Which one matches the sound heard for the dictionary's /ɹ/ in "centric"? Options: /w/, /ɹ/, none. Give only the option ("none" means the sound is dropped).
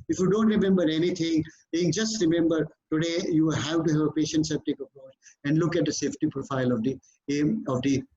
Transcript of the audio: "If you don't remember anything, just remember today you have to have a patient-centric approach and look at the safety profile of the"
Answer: none